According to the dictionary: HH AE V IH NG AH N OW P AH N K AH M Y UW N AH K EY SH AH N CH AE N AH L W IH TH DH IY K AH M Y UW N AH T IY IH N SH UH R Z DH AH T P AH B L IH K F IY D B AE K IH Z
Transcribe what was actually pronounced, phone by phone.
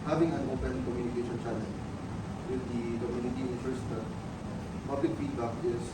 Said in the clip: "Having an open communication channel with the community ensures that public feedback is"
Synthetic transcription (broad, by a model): HH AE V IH NG AH N OW P AH N K AH M Y UW N AH K EY SH AH N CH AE L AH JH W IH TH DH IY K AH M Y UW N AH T IY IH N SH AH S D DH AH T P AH B L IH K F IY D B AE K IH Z